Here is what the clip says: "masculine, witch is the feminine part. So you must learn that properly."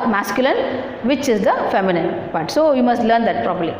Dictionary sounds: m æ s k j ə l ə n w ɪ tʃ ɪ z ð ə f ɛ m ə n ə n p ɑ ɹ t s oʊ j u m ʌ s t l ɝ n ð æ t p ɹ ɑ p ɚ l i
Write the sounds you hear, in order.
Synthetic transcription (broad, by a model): m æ s k j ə l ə n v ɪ tʃ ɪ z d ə f ɛ m ə n ə n b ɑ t s oʊ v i m ʌ s t l ɝ n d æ t p ɹ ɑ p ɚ l i